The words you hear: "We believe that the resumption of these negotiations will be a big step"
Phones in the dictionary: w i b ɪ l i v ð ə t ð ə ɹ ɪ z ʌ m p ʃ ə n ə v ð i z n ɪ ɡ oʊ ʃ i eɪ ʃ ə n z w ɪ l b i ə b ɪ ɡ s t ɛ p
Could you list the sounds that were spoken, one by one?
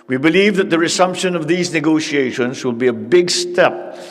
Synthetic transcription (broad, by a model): w i b ɪ l i v ð ə t ð ə ɹ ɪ s ʌ m p ʃ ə n ə v ð i z n ɪ ɡ oʊ ʃ i eɪ ʃ ə n z w ɪ l b i ə b ɪ ɡ s t ɛ p